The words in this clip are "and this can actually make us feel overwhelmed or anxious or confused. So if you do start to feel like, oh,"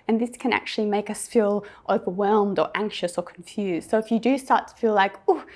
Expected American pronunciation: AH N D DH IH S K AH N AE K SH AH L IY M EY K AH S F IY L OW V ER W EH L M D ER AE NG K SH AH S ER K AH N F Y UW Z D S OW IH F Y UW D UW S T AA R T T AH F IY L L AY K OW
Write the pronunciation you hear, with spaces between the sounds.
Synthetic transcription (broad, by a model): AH N DH IH S K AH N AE K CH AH L IY M EY K AH S F IY L OW V ER W EH L M D ER AE NG K SH AH S ER K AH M F Y UW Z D S OW IH F Y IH D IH S T AA R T T AH F IY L L AY K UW